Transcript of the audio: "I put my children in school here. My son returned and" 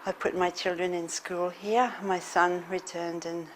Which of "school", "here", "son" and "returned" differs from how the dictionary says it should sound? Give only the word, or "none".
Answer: none